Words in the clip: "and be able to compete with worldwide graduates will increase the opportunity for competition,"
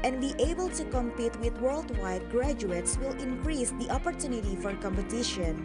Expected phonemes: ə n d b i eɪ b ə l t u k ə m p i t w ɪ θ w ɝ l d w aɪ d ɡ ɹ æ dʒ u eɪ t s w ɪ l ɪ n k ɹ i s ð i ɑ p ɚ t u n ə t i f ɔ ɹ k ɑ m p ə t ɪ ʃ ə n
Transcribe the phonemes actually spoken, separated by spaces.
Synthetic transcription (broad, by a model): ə n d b i eɪ b ə l t u k ə m p i t w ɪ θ w ɝ l d w aɪ d ɡ ɹ æ dʒ u eɪ t s w ɪ l ɪ n k ɹ i s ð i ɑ p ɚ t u n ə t i f ɔ ɹ k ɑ m p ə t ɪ ʃ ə n